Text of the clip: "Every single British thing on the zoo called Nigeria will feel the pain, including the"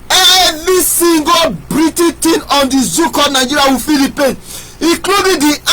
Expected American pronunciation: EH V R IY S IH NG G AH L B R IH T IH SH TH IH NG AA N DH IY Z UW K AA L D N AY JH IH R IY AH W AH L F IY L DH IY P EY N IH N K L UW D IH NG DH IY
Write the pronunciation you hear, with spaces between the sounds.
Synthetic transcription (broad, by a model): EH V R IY S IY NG G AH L B R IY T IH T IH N AA N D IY Z UW K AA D N AY JH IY R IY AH W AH F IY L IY P EY N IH K L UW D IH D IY